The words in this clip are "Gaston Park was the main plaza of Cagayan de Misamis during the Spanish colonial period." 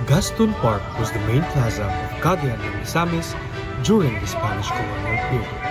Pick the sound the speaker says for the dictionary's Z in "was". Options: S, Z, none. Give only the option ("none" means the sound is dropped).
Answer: Z